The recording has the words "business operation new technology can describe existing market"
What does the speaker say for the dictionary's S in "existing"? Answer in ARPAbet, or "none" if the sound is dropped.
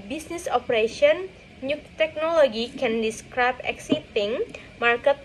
none